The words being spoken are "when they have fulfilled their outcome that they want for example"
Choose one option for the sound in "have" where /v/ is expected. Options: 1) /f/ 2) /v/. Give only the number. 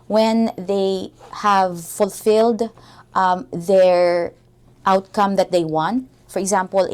2